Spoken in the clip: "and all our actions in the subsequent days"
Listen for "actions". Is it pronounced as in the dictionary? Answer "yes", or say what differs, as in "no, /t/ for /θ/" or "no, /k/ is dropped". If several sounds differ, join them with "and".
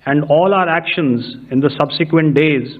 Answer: yes